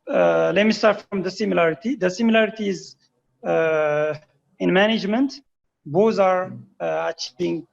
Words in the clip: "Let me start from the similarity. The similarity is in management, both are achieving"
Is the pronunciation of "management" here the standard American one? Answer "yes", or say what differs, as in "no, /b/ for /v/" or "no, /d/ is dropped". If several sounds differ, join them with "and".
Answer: yes